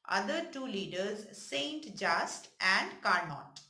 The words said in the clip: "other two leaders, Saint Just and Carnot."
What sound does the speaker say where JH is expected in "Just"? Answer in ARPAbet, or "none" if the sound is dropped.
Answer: JH